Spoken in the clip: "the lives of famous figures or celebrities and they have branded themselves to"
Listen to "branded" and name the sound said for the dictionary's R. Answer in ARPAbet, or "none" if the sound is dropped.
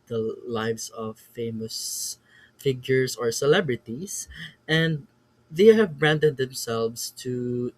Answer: R